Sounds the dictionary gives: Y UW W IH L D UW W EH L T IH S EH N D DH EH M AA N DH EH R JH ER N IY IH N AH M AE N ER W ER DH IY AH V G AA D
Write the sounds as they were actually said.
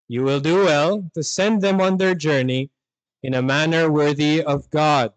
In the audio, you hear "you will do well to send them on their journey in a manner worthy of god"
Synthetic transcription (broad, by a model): Y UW W IH L D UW W EH L T IH S EH N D DH EH M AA N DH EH R JH ER N IY IH N AH M AE N ER W ER DH IY AH V G AA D